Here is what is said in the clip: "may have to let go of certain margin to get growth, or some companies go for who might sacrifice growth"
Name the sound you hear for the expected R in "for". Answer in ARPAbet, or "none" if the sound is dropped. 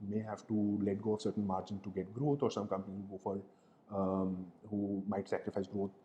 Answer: L